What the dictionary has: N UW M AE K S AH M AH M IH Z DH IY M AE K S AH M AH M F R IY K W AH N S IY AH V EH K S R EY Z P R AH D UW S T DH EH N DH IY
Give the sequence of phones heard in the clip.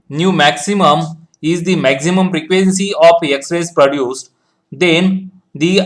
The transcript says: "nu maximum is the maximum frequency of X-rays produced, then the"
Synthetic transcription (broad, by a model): N UW M AE K S AH M AH M IH Z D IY M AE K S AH M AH M P R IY K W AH N S IY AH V EH K S R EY S P R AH D UW S T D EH N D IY